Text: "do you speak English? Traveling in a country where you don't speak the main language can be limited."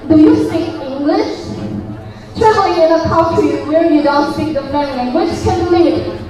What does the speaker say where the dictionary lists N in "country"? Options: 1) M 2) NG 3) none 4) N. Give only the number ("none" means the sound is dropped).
3